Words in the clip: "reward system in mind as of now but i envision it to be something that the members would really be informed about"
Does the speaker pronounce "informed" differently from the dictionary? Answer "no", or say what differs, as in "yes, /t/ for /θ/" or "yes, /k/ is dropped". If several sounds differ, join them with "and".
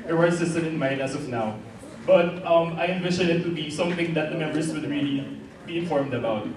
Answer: no